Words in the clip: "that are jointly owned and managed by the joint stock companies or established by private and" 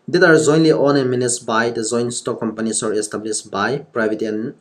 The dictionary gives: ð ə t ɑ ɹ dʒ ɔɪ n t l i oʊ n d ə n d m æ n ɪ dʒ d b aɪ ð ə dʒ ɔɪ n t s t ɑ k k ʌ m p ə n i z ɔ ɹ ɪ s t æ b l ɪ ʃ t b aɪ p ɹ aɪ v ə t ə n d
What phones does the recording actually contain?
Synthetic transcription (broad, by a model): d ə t ɑ ɹ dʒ ɔɪ n l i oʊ n ə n m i n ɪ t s b aɪ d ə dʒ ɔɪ n s t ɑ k k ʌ m p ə n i s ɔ ɹ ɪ s t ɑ b l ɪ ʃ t b aɪ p ɹ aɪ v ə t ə n